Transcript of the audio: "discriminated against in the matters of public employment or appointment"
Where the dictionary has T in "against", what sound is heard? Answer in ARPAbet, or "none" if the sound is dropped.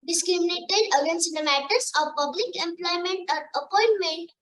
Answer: none